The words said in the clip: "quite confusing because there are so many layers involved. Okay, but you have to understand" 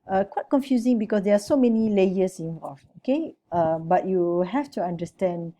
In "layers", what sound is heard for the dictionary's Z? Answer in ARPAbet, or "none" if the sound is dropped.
S